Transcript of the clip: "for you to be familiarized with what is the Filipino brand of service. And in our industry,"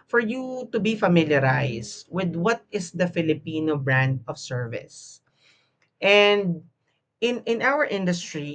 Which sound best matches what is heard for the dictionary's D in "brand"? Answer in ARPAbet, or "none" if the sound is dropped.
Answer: D